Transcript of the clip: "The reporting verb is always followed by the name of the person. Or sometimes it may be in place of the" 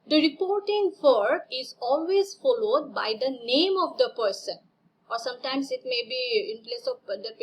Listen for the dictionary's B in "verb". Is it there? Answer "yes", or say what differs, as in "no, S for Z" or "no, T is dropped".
no, B is dropped